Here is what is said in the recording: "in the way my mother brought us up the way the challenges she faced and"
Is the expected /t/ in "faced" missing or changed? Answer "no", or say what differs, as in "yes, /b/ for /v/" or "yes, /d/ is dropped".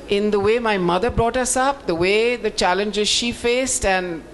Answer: no